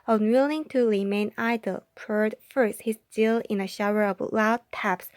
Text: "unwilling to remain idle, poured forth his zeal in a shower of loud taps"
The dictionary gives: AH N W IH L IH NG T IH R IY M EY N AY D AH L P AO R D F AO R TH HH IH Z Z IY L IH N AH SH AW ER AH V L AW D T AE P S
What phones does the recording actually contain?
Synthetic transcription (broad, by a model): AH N W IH L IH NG T IH R IY M EY N AY D AH L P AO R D F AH R S HH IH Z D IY L IH N AH SH AW ER AH V L AW D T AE P S